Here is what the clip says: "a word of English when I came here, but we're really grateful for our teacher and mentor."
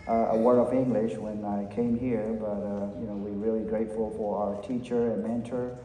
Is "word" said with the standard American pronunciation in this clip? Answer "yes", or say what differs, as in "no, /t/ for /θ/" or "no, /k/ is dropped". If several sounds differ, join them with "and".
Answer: no, /d/ is dropped